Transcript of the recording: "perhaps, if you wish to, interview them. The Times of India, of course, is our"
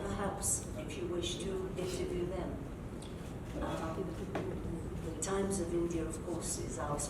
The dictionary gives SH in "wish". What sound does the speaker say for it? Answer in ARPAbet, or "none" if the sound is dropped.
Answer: SH